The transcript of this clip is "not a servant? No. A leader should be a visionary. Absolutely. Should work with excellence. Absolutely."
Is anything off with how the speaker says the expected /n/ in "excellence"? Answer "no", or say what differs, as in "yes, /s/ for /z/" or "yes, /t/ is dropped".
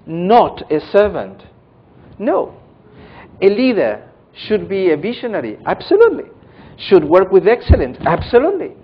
no